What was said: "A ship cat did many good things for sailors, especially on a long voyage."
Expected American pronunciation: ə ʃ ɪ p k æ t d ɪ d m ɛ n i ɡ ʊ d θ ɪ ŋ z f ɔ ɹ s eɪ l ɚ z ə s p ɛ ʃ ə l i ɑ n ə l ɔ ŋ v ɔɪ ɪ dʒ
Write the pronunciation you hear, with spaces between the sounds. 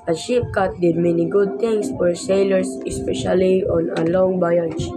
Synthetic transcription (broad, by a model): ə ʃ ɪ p k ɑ t d ɪ d m ɛ n i ɡ ʊ d t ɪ ŋ s f ɔ ɹ s eɪ l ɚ s ə s p ɛ ʃ ə l i ɑ n ə l ɔ ŋ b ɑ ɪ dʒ